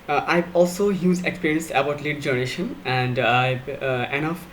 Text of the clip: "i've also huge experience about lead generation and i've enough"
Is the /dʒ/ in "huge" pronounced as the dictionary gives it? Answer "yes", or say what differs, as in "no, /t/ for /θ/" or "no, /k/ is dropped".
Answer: no, /z/ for /dʒ/